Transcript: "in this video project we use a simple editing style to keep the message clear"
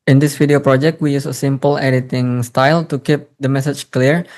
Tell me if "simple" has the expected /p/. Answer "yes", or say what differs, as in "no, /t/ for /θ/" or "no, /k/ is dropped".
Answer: yes